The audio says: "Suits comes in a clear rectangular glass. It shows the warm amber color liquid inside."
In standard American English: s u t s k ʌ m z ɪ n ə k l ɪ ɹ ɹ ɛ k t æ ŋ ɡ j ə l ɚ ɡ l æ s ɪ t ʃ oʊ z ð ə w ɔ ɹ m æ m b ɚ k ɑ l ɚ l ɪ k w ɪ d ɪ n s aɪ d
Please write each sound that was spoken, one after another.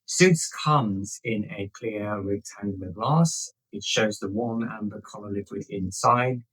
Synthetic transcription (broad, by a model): s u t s k ʌ m z ɪ n ə k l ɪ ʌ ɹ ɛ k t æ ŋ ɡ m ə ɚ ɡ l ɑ s ɪ t ʃ oʊ z ð ə w ɔ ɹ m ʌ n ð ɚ k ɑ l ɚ l ɪ k w ɪ d ɪ n s aɪ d